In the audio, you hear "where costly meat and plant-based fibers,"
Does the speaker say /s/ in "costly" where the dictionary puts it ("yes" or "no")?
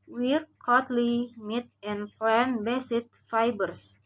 no